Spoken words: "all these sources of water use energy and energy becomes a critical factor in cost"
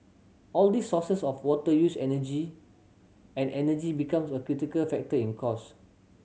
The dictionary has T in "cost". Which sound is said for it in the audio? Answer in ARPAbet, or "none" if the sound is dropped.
none